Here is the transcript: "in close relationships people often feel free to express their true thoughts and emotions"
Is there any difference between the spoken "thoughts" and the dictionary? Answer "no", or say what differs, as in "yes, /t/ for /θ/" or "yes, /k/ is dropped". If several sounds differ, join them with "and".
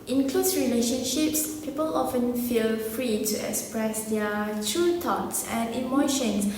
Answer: yes, /t/ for /θ/